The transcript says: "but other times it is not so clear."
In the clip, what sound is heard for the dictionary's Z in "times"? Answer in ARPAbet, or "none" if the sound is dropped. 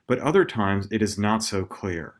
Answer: Z